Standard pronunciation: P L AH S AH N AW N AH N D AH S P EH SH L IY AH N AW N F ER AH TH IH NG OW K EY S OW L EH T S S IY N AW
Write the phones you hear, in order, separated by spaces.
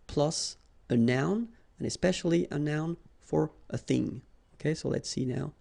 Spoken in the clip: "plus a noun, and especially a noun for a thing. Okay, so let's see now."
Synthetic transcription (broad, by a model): P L AH S AH N AW N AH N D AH S P EH SH L IY AH N AW N F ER AH TH IH NG OW K EY S OW L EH T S S IY N AW